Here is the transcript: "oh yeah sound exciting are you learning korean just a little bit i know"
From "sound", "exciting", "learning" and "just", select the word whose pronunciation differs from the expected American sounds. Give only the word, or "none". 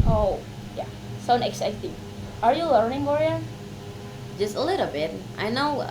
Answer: sound